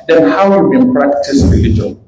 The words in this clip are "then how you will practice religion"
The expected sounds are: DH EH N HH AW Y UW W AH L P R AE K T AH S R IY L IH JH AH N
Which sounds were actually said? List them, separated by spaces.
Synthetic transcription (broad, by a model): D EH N HH AW Y UW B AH N P R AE K T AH S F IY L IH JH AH